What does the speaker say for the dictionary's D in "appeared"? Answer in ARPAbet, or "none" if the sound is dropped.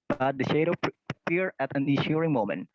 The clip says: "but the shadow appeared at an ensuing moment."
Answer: none